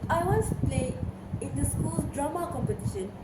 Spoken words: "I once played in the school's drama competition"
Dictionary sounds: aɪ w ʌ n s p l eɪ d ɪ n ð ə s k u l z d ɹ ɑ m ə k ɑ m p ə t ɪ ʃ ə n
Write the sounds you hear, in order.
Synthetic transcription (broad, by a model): aɪ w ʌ n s p l eɪ ɪ n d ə s k u l s d ɹ ɑ m ə k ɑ m p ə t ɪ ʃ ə n